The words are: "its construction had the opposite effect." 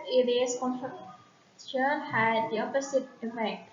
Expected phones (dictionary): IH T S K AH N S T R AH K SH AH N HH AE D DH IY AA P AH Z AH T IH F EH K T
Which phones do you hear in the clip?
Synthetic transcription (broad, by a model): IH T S K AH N T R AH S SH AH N HH AE D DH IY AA P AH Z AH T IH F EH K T